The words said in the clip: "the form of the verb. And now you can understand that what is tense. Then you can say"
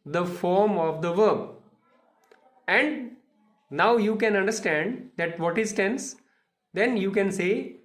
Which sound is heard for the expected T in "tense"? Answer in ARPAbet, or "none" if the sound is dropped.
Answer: T